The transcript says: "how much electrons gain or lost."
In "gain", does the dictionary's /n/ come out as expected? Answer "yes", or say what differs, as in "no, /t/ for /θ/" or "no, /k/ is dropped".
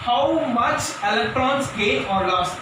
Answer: no, /n/ is dropped